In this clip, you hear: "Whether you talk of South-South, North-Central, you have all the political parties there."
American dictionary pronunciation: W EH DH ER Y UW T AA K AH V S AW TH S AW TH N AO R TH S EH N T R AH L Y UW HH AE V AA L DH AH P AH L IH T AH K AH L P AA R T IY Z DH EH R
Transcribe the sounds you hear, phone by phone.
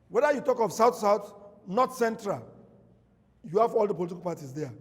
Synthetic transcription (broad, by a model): W EH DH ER Y UW T AA K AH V S AW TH S AW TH N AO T S EH N T R AH L Y UW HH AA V AA L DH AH P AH L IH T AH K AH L P AA T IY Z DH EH